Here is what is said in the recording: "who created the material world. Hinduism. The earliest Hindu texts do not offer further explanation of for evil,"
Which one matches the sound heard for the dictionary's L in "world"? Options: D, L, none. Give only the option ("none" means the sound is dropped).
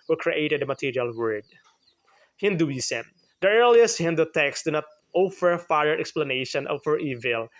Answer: none